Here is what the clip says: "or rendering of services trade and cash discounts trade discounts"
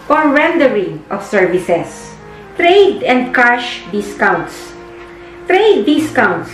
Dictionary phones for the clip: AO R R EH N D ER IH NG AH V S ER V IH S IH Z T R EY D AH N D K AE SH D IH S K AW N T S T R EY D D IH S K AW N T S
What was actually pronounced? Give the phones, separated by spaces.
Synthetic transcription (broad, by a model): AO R R EH N D ER IH NG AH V S ER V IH S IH S T R EY D AH N D K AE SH D IH S K AW N T S T R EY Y D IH S K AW N T S